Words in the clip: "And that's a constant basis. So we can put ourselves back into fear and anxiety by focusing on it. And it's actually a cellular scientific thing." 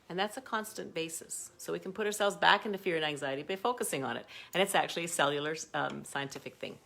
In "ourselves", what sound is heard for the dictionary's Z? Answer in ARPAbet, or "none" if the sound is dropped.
Z